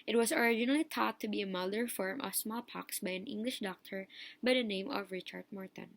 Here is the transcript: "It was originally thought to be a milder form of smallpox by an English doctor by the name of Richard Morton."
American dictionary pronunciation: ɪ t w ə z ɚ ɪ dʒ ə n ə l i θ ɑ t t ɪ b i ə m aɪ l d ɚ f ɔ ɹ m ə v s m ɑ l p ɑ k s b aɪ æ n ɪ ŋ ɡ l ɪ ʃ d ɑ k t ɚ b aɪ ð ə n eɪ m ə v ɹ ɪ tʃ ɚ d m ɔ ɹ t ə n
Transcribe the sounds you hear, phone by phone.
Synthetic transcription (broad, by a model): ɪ t w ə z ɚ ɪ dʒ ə n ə l i t ɑ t t ɪ b i ə m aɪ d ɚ f ɔ ɹ m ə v s m ɑ l p ɑ k s b aɪ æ n ɪ ŋ ɡ l ɪ ʃ d ɑ k t ɚ b aɪ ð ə n eɪ m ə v ɹ ɪ tʃ ɚ d m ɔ ɹ t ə n